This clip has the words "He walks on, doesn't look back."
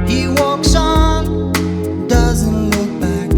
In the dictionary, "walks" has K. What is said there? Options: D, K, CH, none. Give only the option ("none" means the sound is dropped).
K